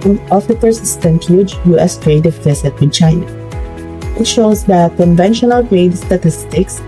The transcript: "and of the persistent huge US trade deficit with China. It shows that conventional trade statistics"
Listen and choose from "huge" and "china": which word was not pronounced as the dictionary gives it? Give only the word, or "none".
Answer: huge